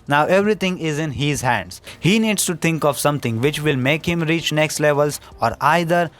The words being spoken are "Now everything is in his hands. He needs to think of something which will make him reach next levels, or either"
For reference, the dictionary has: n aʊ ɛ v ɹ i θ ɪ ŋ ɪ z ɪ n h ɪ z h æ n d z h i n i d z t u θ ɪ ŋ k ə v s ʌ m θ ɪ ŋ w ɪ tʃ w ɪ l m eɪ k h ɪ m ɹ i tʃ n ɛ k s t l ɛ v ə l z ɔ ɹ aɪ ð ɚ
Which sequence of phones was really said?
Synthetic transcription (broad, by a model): n aʊ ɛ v ɹ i t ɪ ŋ ɪ z ɪ n h ɪ z h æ n d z h i n i d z t u t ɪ ŋ k ə v s ʌ m t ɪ ŋ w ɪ tʃ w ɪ l m eɪ k h ɪ m ɹ i tʃ n ɛ k s t l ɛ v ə l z ɔ ɹ aɪ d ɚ